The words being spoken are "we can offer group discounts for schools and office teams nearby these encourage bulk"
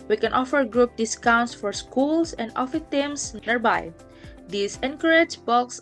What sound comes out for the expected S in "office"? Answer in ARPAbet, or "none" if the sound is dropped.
none